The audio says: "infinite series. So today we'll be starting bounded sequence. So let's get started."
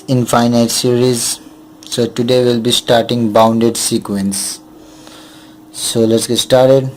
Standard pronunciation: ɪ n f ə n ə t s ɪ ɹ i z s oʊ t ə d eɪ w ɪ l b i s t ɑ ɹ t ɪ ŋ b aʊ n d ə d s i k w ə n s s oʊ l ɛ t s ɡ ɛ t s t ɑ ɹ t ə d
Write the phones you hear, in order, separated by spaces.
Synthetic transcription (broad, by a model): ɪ n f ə n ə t s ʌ ɹ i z s oʊ t ə d eɪ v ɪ l b i s t ɑ ɹ t ɪ ŋ b aʊ n d ə d s i k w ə n s s oʊ l ɛ t s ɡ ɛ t s t ɑ ɹ t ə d